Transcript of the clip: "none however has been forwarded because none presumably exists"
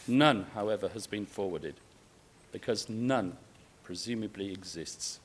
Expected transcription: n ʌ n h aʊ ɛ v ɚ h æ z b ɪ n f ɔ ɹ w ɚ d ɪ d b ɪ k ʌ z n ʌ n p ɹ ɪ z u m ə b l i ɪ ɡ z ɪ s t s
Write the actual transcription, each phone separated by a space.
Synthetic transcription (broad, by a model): n ʌ n h aʊ ɛ v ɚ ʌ z b ɪ n f ɔ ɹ w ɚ d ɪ d b ɪ k ʌ z n ʌ n p ɹ ɪ z u m ə b l i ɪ ɡ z ɪ s t s